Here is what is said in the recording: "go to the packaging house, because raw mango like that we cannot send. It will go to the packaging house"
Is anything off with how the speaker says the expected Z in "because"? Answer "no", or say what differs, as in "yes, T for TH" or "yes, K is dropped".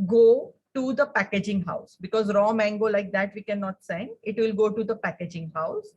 no